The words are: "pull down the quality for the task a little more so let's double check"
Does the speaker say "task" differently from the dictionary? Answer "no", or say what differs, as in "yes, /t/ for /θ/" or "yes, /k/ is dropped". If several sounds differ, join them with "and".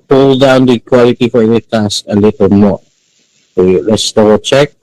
yes, /k/ is dropped